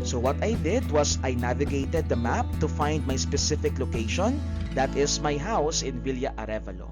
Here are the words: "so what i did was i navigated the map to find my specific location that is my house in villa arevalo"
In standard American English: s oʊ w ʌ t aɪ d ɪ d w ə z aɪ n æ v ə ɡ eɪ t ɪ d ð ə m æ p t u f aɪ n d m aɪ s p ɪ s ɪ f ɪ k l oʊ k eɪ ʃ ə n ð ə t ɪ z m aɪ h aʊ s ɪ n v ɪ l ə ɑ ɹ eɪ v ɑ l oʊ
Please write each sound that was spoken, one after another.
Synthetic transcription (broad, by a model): s oʊ w ʌ t aɪ d ɪ d w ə s aɪ n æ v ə ɡ eɪ t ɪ d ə m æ p t u f aɪ n d m aɪ s p ɪ s ɪ f ɪ k l oʊ k eɪ ʃ ə n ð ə t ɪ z m aɪ h aʊ s ɪ n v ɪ l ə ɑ ɹ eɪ v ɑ l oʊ